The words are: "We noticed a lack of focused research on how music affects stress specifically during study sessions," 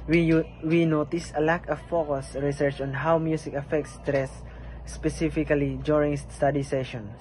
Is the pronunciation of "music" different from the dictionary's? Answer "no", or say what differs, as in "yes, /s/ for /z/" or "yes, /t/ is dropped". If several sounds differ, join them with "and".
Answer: yes, /s/ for /z/